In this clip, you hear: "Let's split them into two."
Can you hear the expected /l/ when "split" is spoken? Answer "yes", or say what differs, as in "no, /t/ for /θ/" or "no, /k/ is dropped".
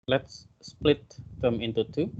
yes